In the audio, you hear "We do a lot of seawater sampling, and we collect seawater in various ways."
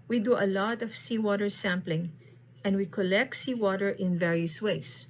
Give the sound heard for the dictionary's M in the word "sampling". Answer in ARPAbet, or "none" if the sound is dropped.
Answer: M